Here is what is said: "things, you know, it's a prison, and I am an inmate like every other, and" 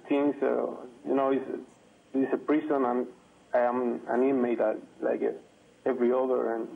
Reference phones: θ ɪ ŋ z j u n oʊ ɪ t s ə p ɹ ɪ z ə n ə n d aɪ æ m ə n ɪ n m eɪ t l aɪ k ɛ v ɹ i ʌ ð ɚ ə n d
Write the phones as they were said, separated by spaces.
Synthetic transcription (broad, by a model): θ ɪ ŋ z j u n oʊ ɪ s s ə p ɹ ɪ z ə n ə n aɪ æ m ə n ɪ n m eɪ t l aɪ k ɛ v ɹ i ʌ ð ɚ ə n